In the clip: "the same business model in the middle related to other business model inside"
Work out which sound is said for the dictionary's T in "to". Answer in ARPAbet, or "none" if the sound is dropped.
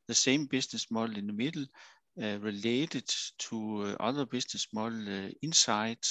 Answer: S